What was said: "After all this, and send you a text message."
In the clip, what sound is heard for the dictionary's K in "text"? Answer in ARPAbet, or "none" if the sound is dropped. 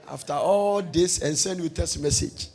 none